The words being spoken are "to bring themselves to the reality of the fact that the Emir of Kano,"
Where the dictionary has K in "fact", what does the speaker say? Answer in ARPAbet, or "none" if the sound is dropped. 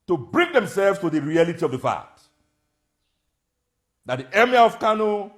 none